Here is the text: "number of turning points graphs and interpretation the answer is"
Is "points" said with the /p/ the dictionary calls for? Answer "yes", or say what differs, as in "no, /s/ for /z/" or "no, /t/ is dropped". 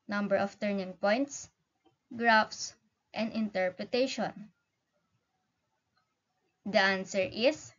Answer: yes